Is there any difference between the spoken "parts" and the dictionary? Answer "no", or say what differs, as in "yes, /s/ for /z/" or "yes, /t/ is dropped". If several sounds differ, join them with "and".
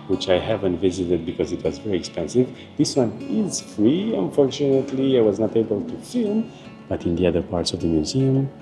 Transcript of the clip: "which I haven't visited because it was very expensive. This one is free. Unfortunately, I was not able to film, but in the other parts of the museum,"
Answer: no